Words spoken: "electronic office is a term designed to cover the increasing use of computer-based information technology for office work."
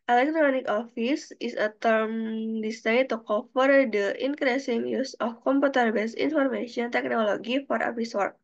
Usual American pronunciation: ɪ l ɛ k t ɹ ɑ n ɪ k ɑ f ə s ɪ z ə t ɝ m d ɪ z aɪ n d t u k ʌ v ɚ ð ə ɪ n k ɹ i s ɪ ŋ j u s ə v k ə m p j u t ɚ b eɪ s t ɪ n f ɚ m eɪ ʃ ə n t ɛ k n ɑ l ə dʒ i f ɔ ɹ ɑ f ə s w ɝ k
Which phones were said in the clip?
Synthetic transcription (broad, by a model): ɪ l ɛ k t ɹ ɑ n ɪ k ɑ f ə s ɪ s ə t ɝ m d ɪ s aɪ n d t u k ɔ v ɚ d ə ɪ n k ɹ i s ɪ ŋ j u s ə f k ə m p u t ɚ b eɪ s i n f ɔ m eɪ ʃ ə n t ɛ k n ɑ l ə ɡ i f ɔ ɹ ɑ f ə s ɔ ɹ